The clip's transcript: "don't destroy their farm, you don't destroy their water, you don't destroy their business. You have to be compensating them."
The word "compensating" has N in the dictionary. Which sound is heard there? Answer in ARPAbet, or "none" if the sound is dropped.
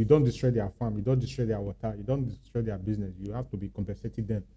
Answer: none